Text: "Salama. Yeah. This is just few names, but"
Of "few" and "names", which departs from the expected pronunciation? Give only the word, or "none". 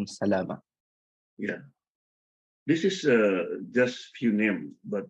names